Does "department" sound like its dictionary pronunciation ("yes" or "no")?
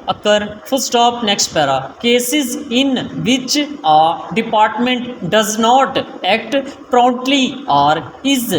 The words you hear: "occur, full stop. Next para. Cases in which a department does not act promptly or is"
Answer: yes